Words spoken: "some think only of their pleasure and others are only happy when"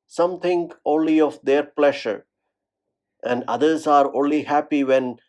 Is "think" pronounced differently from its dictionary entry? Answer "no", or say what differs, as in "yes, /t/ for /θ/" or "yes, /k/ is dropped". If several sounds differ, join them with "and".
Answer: yes, /t/ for /θ/